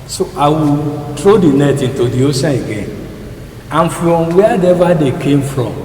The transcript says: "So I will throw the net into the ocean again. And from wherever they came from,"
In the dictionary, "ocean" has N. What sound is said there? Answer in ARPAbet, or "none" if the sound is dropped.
none